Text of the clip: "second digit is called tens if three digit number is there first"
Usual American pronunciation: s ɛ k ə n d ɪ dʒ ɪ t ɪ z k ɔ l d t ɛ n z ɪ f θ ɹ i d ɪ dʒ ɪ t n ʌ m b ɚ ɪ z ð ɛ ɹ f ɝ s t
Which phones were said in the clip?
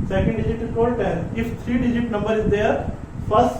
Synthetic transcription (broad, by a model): s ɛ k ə n d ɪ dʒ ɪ t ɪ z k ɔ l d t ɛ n ɪ f t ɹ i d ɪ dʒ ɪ t n ʌ m b ɚ ɪ z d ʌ ɹ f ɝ s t